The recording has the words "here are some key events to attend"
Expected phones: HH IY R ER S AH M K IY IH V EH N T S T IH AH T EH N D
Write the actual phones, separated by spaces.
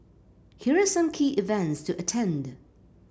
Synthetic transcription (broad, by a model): HH IY R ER S AH M K IY IH V EH N T S T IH AH T EH N D